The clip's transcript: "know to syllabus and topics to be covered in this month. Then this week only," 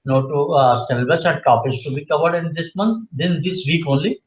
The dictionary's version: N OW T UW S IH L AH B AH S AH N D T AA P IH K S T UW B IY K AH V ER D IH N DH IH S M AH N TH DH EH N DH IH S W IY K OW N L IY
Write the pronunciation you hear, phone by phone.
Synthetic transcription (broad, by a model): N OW T UW S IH L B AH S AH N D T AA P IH S T UW B IY K AH V ER D IH N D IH S M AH N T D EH N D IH S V IY K OW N L IY